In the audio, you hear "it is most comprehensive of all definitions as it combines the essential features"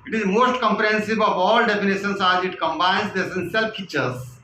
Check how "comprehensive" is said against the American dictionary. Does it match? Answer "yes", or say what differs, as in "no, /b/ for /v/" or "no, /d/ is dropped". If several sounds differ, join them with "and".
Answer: no, /b/ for /v/